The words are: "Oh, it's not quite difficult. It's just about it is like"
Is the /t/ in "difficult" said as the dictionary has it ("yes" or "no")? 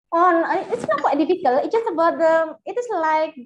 no